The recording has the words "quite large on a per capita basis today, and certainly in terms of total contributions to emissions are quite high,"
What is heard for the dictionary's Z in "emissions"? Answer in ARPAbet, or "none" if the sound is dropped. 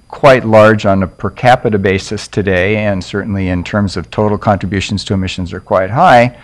Z